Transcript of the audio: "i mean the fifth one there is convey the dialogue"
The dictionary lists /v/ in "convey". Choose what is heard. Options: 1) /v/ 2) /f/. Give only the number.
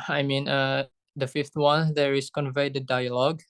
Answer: 1